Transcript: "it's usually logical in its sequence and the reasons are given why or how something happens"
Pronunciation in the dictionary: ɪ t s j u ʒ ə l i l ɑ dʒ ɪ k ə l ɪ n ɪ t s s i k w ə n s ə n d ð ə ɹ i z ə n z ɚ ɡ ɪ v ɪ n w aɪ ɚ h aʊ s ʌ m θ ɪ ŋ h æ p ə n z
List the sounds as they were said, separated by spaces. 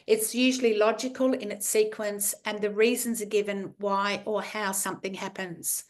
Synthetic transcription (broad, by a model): ɪ t s j u ʒ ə l i l ɑ dʒ ɪ k ə l ɪ n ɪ t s s i k w ə n s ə n ð ə ɹ i z ə n z ɚ ɡ ɪ v ɪ n w aɪ ɚ h aʊ s ʌ m θ ɪ ŋ h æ p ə n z